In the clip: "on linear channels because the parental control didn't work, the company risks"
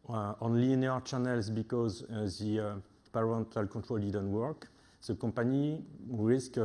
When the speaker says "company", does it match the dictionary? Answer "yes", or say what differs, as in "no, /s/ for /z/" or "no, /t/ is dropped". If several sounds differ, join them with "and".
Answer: no, /m/ is dropped